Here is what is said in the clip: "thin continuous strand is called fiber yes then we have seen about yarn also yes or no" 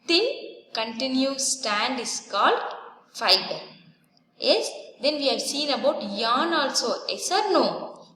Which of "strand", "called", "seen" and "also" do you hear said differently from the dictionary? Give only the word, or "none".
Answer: strand